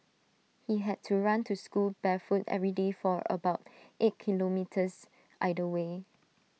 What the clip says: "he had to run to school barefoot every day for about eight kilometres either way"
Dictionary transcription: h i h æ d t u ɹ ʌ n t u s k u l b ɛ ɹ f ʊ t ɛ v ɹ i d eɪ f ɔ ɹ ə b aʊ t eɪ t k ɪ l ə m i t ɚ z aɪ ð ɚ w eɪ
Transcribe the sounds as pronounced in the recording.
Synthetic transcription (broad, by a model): h i h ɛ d t u ɹ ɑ n t u s k u l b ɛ f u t ɛ v ɹ i d eɪ f ɔ ɹ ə b aʊ t eɪ t k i l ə m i t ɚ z aɪ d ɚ w eɪ